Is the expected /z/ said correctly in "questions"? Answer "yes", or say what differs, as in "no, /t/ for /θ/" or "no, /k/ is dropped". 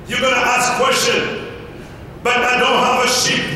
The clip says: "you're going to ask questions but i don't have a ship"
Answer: no, /z/ is dropped